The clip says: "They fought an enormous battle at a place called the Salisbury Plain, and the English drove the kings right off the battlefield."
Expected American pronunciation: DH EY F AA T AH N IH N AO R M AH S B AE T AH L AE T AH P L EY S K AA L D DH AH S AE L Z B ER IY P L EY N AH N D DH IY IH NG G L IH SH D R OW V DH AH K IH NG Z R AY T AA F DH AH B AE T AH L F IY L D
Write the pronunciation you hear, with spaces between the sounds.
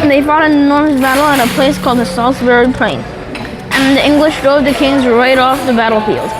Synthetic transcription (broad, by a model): DH EY F AA T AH IH N AO R M AH S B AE T L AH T AH P L EY S K AA L D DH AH S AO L S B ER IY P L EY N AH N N DH IY IH NG G L IH SH D R OW V DH AH K IH NG Z R AY T AA F DH AH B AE T L F IY L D